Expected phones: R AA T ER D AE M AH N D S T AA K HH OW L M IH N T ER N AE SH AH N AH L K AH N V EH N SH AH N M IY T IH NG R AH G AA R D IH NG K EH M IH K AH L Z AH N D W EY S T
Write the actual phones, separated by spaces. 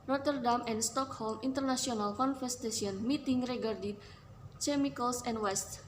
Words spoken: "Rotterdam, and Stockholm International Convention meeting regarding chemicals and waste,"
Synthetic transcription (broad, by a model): R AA T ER D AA M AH N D S T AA K HH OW L M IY N T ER N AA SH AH N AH L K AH N F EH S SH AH N M IY T IH NG R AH G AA R D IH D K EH M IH K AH L S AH N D W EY S T